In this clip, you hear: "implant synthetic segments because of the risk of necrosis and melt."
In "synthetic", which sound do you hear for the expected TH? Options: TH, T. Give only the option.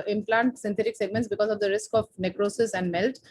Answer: T